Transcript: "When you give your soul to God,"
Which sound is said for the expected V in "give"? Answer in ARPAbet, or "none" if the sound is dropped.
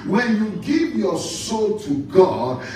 V